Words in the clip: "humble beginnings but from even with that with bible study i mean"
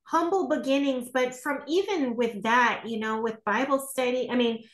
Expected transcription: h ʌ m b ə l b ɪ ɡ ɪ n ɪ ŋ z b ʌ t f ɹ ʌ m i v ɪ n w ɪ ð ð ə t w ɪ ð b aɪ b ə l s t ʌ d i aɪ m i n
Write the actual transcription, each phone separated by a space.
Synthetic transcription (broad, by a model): h ʌ m b l b ɪ ɡ ɪ n ɪ ŋ z b ʌ t f ɹ ʌ m i v ɪ n w ɪ ð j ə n w ɪ ð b aɪ b l s t ʌ d i aɪ m i n